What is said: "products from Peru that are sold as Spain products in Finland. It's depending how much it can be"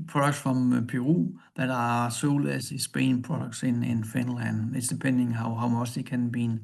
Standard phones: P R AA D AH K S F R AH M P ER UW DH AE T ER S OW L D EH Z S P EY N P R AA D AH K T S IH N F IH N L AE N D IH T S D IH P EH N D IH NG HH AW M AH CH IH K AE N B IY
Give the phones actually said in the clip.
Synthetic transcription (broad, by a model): P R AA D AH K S F R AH M P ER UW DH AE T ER S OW L EH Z S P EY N P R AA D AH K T S IH N F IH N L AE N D IH T S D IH P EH N D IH NG HH AW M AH S IH K AE N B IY